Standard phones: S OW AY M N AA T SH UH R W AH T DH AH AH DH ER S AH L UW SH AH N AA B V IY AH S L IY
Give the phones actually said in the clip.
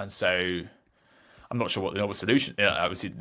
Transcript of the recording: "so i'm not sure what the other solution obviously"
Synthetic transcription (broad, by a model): S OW AY M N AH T SH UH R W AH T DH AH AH UH S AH L UW SH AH N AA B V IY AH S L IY